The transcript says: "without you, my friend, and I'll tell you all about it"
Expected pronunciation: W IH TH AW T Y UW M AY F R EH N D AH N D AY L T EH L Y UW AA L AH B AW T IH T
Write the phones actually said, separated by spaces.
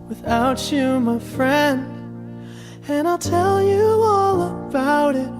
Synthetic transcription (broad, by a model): W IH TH AW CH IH M AY F R EH N D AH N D AY L T EH L Y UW AA L AH B AW T IH T